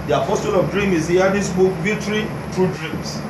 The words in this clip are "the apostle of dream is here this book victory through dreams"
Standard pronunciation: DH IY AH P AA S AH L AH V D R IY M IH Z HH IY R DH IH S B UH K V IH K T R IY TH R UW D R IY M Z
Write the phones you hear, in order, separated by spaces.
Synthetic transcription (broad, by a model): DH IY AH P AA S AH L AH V D R IY M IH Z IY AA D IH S B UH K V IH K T R IY T R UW D R IY M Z